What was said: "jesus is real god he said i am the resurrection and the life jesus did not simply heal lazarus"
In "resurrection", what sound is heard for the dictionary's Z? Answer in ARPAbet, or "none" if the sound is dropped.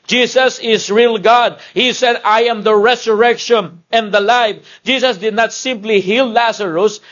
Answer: S